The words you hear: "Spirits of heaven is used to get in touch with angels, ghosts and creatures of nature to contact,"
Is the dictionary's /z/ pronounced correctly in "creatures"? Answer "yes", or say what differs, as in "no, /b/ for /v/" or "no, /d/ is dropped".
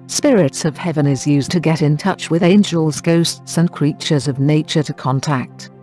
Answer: yes